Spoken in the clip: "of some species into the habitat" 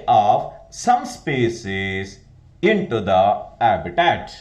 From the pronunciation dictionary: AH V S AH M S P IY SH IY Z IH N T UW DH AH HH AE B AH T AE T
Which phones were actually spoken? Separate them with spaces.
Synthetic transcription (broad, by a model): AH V S AH M S P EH S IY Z IH N T UW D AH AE B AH T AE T